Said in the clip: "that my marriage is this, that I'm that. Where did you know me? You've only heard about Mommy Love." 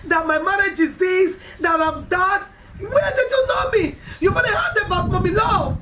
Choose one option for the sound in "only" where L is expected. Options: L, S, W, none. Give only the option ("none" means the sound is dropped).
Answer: none